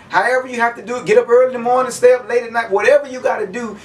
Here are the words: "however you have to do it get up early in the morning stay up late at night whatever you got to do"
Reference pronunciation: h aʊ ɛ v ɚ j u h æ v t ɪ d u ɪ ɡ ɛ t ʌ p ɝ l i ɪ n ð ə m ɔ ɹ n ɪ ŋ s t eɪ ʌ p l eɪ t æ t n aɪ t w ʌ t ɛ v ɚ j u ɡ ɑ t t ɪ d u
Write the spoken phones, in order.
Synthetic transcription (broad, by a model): h aʊ ɛ v ɚ j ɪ h æ f t ɪ d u ɪ ɡ ɛ t ʌ p ɝ l i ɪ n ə m ɔ ɹ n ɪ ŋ s t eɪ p l eɪ t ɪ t n aɪ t w ʌ t ɛ v ɚ j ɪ ɡ ɑ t t ɪ d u